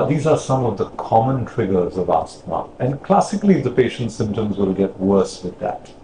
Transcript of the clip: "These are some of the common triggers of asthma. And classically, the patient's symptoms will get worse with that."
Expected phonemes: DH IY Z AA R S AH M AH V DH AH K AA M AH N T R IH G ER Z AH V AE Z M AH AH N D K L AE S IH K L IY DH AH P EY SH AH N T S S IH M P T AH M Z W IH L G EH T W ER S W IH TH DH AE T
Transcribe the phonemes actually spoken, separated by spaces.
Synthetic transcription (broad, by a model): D IY Z AA R S AH M AH V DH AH K AA M AH N T R IH G ER Z AH V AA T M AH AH N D K L AE S IH K L IY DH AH P EY SH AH N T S S IH M P T AH M Z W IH L G EH T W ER S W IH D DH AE T